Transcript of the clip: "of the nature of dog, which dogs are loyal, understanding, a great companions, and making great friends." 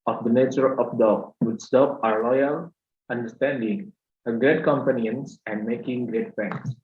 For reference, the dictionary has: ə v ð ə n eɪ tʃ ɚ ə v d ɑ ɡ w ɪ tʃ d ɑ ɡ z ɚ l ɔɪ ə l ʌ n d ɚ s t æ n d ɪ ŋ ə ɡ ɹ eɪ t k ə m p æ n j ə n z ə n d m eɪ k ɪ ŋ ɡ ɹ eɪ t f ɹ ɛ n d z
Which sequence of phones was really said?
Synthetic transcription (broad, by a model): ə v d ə n eɪ tʃ ɚ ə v d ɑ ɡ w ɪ s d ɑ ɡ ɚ l ɔɪ ə l ʌ n d ɚ s t æ n d ɪ ŋ ə ɡ ɹ eɪ t k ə m p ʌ n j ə n s ə n d m eɪ k ɪ ŋ ɡ ɹ eɪ t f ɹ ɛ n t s